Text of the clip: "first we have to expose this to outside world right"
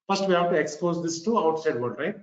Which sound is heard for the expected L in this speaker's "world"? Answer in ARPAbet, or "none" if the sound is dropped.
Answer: none